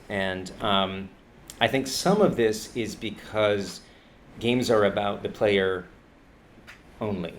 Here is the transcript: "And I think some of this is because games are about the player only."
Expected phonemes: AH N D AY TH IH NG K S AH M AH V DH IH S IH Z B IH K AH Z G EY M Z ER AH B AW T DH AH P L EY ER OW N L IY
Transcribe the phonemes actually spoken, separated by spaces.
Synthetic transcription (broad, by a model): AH N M AY TH IH NG K S AH M AH V DH IH S IH Z B IH K AH Z G EY M Z ER AH B AW T DH AH P L EY ER OW N L IY